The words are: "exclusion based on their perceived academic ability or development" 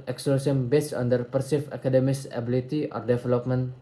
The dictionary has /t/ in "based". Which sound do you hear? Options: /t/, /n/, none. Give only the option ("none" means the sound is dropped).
none